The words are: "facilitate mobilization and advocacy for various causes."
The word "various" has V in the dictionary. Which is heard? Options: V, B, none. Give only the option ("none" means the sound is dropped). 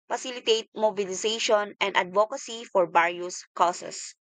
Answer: B